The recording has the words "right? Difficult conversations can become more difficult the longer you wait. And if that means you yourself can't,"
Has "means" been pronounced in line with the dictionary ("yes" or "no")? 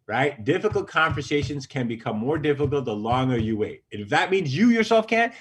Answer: yes